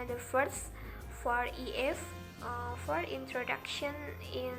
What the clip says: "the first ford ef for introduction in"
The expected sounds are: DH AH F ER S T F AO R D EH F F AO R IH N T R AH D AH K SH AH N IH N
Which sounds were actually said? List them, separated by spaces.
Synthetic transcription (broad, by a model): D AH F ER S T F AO R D EH F F AO R IH N T R AH D AH K SH AH N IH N